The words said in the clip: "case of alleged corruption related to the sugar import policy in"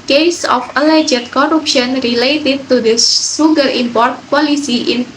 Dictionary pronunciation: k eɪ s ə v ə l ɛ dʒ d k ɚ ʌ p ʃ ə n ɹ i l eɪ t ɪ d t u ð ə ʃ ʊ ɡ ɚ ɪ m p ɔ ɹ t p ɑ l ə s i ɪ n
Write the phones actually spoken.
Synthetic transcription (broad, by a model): k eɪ s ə f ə l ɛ dʒ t k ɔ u p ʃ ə n ɹ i l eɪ t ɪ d t u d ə s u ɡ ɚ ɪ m p ɔ ɹ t p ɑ l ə s i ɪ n